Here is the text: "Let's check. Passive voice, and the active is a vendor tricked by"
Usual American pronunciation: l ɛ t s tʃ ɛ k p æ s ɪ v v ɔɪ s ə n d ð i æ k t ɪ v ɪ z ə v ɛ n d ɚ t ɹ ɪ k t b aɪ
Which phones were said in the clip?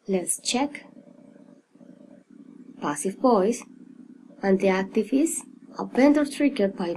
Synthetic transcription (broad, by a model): l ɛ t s tʃ ɛ k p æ s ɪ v b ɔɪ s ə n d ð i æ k t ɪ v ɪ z ə p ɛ n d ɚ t ɹ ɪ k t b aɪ